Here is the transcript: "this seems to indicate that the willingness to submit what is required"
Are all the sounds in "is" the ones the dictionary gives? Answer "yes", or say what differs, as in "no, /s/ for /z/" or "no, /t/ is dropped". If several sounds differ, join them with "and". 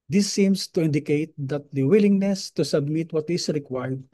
no, /s/ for /z/